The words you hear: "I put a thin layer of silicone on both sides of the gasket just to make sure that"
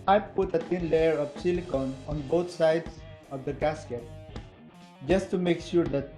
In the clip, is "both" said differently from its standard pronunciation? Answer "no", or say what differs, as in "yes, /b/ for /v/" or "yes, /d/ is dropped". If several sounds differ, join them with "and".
yes, /t/ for /θ/